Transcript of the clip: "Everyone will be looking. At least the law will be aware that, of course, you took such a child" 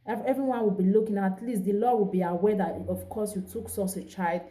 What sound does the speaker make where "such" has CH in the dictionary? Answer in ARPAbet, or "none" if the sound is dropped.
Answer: S